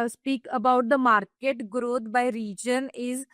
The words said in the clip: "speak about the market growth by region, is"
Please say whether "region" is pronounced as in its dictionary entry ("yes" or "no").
yes